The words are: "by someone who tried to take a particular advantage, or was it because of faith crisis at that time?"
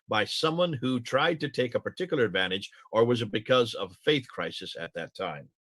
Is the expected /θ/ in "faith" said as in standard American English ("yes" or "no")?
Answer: yes